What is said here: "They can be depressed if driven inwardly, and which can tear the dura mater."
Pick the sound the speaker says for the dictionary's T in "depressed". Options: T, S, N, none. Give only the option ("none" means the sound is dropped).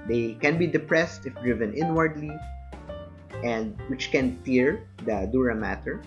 T